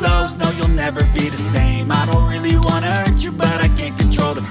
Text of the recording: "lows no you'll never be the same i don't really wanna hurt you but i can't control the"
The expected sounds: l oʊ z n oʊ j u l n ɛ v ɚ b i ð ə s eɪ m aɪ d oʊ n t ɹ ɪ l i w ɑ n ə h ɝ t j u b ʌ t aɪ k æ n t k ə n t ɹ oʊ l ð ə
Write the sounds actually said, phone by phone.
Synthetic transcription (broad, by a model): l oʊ z n oʊ j u l n ɛ v ɚ b i ð ə s eɪ m aɪ d oʊ n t ɹ ɪ l i w ɑ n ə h ɝ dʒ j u b ʌ t aɪ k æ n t k ə n t ɹ oʊ l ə